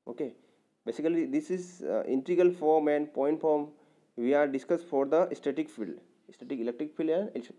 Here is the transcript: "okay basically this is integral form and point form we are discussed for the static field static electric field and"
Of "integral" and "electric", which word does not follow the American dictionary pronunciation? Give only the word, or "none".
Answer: integral